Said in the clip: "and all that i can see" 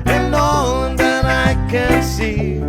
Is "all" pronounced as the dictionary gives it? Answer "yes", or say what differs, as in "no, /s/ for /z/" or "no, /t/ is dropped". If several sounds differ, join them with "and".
no, /n/ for /l/